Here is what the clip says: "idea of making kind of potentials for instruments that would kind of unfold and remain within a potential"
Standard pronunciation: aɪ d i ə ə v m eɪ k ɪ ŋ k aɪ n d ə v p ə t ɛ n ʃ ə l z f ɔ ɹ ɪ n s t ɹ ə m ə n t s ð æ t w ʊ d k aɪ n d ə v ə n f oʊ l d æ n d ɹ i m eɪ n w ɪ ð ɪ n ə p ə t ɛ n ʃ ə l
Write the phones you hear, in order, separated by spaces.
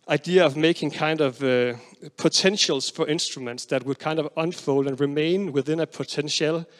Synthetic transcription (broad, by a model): aɪ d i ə ə v m eɪ k ɪ ŋ k aɪ n d ə v p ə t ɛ n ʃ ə l s f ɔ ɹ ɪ n s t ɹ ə m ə n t s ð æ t w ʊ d k aɪ n d ə v ə n f oʊ l d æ n ɹ i m eɪ n w ɪ ð ɪ n ə p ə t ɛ n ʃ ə l